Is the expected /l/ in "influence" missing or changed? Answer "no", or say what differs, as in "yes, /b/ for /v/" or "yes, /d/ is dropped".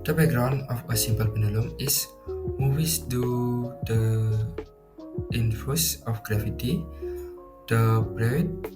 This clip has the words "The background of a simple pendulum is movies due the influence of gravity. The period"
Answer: yes, /l/ is dropped